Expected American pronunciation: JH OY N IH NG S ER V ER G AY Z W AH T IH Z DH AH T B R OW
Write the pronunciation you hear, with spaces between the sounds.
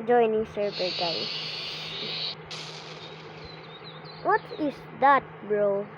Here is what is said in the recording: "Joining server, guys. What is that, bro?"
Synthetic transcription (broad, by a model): JH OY N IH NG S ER B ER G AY W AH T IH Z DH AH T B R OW